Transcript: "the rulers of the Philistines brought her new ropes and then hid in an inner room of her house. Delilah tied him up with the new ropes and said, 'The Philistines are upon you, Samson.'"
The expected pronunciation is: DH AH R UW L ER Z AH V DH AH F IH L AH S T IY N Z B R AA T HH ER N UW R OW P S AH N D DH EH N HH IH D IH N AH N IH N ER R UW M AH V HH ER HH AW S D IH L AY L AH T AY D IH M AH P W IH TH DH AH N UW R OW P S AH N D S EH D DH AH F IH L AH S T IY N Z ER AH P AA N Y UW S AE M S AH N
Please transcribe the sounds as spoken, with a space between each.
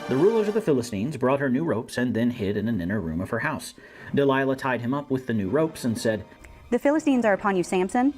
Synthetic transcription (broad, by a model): DH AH R UW L ER Z AH V DH AH F IH L AH S T IY N Z B R AA T HH ER N UW R OW P S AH N DH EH N HH IH D IH N AH N IH N ER R UW M AH V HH ER HH AW S D IH L AY L AH T AY D IH M AH P W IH DH AH N UW R OW P S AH N S EH D DH AH F IH L AH S T IY N Z ER AH P AA N Y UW S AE M S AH N